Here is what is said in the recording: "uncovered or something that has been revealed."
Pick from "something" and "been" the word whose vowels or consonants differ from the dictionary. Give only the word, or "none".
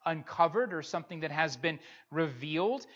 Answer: none